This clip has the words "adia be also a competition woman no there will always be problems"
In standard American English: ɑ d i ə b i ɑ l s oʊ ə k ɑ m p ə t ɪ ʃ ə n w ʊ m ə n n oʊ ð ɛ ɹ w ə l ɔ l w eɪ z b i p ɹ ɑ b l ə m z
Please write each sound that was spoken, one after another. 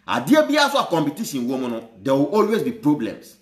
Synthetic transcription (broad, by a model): ɑ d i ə b i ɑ s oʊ ə k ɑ m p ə t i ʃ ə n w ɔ m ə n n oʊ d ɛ w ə ɔ l w eɪ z b i p ɹ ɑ b l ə m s